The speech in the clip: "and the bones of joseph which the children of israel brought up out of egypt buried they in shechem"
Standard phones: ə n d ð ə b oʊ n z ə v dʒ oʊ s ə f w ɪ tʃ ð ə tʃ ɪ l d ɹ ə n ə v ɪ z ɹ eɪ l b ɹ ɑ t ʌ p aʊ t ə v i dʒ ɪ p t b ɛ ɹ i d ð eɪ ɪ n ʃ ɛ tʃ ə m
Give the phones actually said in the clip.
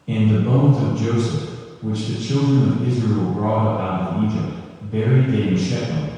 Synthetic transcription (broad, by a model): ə n ð ə b oʊ n z ə v dʒ oʊ s ə f w ɪ tʃ ð ə tʃ ɪ l d ɹ ə n ə v ɪ z ɹ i l b ɹ ɑ t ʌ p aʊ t ə v i dʒ ɪ p t b ɛ ɹ i d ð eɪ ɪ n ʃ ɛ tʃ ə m